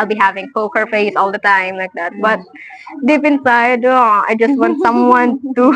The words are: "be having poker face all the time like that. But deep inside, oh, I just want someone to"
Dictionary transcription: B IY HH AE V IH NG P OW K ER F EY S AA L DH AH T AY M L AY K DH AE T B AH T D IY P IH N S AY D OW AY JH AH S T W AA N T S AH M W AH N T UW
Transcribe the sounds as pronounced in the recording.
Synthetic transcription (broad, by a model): B IY HH AE V IH NG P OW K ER F EY S AA L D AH T AY M L AY K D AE T B AH T D IY P IH N S AY D OW AY JH AH S T W AA N T S AH M W AH N T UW